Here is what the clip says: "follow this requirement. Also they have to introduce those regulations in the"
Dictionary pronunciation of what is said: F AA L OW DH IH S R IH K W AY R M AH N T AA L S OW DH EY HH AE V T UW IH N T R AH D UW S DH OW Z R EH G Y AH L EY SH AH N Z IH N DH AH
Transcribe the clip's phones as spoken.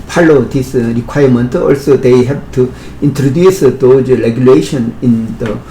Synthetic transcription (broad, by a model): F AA L OW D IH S R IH K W AY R M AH N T AA L S OW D EY HH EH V T UW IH N T R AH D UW S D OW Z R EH G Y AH L EY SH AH N IH N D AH